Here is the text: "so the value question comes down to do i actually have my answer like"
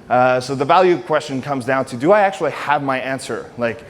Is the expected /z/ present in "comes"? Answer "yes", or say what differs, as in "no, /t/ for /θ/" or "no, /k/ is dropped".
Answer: yes